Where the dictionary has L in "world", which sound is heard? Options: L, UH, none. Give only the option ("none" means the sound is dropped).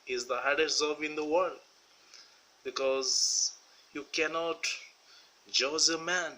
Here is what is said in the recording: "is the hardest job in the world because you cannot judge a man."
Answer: L